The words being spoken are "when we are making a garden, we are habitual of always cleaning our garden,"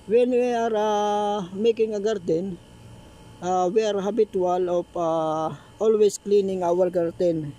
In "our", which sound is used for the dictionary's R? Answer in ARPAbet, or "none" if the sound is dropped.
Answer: L